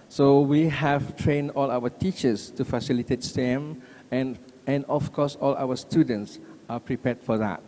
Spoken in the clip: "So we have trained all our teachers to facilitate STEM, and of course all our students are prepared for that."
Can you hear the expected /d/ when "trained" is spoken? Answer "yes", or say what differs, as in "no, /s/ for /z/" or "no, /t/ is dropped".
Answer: yes